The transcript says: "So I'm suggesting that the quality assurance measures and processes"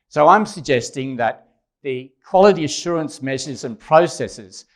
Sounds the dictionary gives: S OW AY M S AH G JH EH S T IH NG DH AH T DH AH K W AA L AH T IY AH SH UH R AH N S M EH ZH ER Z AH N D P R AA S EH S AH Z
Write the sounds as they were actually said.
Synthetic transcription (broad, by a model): S OW AY M S AH G JH EH S T IH NG DH AH T DH AH K W AA L AH T IY AH SH UH R AH N S M EH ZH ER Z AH N P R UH S EH S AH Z